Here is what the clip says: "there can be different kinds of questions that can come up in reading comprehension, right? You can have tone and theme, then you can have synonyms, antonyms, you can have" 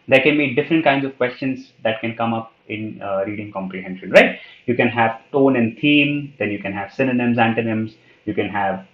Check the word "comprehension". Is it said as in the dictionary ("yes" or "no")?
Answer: yes